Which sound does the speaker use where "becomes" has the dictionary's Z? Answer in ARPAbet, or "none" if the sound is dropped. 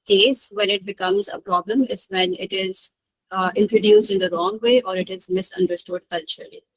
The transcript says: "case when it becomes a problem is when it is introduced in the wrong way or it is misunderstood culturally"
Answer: Z